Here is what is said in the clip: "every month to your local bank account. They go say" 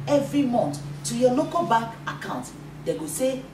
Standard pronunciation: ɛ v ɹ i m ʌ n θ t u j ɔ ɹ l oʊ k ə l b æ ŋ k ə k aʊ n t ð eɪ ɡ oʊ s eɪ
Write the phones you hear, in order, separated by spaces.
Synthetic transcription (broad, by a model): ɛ v ɹ i m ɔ n t t u j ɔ l oʊ k ə l b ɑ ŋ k ə k aʊ n t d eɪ ɡ oʊ s eɪ